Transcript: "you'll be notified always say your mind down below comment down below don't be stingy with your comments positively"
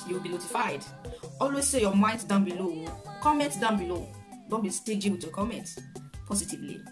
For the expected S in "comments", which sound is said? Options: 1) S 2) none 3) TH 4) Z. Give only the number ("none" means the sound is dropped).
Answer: 2